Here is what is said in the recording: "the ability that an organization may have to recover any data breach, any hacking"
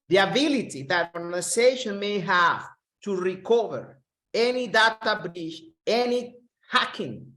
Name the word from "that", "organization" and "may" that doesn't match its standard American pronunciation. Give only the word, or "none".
organization